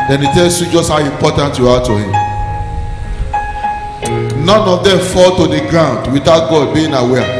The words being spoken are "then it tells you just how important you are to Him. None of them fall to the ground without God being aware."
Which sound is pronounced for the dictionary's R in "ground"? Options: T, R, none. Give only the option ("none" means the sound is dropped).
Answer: R